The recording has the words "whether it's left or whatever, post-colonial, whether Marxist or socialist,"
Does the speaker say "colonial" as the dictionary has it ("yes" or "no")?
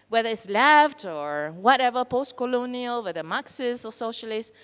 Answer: yes